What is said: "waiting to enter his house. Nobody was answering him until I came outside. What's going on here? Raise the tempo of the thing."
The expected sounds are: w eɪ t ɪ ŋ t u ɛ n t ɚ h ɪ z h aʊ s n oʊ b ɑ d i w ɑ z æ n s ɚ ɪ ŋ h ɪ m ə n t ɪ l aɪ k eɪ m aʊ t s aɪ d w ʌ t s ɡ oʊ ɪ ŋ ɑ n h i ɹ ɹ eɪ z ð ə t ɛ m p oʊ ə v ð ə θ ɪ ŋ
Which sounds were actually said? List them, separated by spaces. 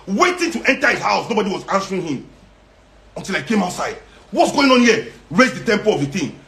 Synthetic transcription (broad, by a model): w eɪ t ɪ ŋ t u ɛ n t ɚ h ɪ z h aʊ s n oʊ b ɑ d i w ɑ z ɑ n s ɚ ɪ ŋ h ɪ m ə n t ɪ l aɪ k eɪ m aʊ t s aɪ d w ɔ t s ɡ oʊ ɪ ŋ ɑ n h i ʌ ɹ eɪ z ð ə t ɛ m p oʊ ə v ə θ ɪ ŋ